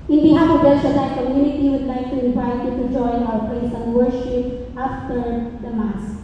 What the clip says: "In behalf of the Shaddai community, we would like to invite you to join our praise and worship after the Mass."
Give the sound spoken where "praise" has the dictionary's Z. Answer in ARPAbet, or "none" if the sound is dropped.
S